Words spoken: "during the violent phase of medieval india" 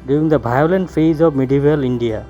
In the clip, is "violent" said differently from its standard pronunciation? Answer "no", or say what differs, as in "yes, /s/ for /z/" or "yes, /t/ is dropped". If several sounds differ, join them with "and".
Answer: yes, /b/ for /v/